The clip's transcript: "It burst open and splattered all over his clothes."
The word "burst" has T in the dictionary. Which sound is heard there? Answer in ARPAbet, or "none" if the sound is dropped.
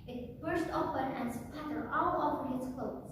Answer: T